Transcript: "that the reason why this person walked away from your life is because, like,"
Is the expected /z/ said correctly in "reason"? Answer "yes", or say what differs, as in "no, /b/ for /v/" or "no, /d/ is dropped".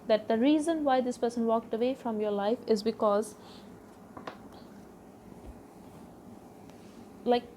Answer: yes